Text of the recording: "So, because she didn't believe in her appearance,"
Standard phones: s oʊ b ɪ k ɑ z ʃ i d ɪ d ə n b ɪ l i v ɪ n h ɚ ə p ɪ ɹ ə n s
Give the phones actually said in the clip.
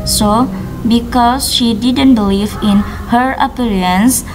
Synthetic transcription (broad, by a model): s oʊ b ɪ k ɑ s ʃ i d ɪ d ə n b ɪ l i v ɪ n h ɚ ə p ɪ ɹ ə n s